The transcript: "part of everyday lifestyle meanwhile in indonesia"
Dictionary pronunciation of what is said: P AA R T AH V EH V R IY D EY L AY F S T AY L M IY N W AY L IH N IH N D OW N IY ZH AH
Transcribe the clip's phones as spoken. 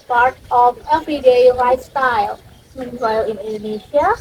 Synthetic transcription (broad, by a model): P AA R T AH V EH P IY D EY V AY S T AY L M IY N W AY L IH N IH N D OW N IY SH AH